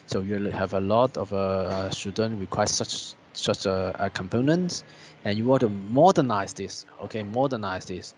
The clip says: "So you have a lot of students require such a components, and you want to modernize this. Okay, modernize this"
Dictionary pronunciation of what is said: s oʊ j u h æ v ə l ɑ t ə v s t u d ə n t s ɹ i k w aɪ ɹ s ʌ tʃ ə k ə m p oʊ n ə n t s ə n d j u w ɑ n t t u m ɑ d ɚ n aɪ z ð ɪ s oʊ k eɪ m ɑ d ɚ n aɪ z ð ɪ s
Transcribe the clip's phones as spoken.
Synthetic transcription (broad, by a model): s oʊ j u h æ v ə l ɑ t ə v s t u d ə n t ɹ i k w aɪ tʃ s ʌ tʃ ə k ə m p oʊ n ə n t s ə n j u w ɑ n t t u m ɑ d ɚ n aɪ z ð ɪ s oʊ k eɪ m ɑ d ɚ n aɪ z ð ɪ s